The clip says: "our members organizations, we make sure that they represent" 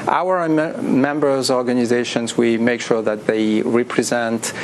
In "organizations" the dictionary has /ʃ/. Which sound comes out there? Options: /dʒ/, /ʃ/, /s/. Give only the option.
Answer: /ʃ/